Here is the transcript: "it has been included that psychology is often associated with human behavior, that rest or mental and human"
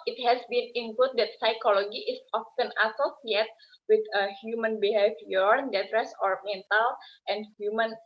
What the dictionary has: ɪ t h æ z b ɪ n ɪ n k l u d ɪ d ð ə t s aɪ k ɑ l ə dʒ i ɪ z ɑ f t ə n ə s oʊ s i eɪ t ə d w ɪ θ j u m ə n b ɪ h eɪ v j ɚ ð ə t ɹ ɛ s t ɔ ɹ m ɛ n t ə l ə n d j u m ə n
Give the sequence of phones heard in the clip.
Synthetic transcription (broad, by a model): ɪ t h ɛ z b ɪ n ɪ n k l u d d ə t s aɪ k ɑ l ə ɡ i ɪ s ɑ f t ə n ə s oʊ s i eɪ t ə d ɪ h j u m ə n b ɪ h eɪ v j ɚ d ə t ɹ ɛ s ɔ ɹ m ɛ n t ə l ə n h j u m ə n